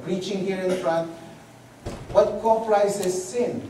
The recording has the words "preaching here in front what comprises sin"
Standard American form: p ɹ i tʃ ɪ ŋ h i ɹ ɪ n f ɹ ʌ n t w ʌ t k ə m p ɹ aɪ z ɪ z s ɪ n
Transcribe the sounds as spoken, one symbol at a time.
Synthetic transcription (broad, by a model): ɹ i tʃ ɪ ŋ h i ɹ ɪ n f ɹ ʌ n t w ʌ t k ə p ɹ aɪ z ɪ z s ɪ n